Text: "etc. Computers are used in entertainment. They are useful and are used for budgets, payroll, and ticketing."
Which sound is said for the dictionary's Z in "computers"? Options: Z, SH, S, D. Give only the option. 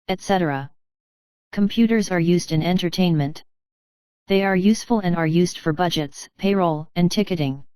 Z